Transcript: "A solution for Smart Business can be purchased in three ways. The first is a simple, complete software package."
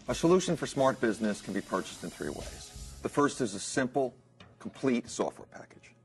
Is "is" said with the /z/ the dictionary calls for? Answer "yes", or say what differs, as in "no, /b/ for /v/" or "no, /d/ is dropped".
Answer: yes